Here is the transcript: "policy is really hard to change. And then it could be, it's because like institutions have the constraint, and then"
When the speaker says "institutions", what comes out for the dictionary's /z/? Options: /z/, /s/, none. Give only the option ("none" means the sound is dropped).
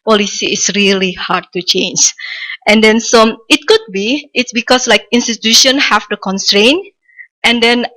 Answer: none